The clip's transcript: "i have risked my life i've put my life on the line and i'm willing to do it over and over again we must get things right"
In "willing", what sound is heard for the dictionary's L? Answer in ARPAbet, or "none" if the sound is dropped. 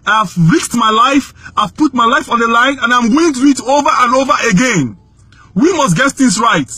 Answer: none